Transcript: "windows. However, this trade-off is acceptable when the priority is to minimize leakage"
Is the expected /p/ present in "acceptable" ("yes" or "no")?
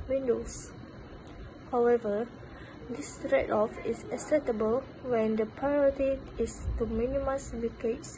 no